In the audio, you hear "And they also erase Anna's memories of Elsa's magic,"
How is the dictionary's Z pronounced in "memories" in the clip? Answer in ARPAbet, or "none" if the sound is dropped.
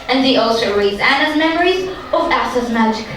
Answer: Z